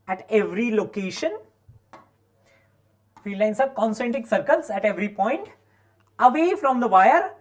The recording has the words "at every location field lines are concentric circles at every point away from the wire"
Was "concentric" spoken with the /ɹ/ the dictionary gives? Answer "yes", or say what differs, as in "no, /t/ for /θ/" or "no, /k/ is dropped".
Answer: no, /ɹ/ is dropped